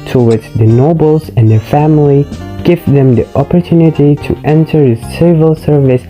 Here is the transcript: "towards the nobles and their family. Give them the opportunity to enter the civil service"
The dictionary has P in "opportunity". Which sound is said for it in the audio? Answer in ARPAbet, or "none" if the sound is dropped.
P